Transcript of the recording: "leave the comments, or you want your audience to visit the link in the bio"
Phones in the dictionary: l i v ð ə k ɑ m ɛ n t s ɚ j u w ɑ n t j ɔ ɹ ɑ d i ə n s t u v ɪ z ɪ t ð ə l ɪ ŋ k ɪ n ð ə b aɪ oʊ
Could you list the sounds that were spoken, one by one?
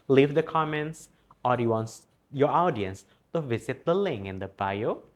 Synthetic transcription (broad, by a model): l i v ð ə k ɑ m ɛ n t s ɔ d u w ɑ n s j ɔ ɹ ɑ d i ə n s t u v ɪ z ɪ t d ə l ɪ ŋ ɪ n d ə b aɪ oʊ